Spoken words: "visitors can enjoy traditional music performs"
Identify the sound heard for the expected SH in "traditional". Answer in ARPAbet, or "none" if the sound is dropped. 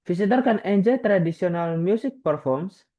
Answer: S